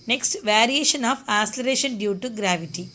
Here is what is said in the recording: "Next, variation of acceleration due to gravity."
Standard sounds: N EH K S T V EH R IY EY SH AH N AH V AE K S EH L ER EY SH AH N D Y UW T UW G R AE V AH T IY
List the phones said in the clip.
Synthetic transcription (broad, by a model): N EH K S T V EH R IY EY SH AH N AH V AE S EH L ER EY SH AH N D Y UW T UW G R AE V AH T IY